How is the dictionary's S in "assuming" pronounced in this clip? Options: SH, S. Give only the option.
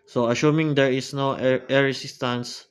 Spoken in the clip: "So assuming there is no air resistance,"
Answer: SH